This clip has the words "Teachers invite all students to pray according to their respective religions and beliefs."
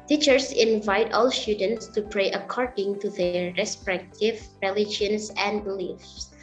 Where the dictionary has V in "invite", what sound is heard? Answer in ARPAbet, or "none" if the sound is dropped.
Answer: V